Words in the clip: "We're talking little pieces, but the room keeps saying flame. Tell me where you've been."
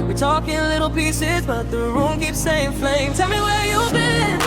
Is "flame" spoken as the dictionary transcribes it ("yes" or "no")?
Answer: yes